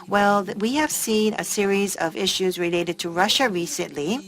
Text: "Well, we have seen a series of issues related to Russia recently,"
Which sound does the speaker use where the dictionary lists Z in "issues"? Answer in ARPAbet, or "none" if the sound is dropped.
Z